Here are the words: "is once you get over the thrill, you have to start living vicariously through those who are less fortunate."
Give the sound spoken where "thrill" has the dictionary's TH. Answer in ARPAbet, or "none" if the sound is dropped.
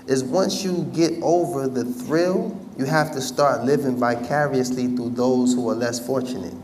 TH